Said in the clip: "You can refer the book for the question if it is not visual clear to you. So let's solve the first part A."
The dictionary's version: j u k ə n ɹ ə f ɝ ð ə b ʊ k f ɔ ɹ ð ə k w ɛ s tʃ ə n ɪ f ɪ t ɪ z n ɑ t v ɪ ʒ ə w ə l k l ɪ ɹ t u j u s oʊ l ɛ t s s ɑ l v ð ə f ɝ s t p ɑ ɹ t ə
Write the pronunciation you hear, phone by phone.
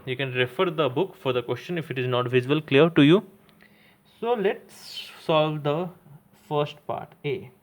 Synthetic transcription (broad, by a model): j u k ə n ɹ ə f ɝ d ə b ʊ k f ɔ ɹ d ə k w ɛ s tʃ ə n ɪ f ɪ t ɪ z n ɑ t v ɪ z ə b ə l k l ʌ ɹ t u j u s oʊ l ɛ t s s ɑ l v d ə f ɝ s t p ɑ ɹ t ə